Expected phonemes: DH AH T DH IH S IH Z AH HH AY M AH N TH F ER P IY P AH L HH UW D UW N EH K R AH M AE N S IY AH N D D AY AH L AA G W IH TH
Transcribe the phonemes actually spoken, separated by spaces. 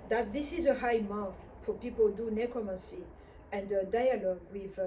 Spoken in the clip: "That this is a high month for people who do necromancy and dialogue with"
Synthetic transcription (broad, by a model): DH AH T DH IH S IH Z AH HH AY M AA TH F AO P IY P AH L D UW N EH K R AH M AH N S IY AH N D D AY AH L AA G W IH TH